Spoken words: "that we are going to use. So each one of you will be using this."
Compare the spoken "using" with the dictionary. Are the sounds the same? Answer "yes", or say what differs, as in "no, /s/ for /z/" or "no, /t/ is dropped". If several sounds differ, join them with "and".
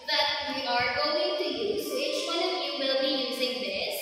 yes